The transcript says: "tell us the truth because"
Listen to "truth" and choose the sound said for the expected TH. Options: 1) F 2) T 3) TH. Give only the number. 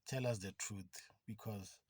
2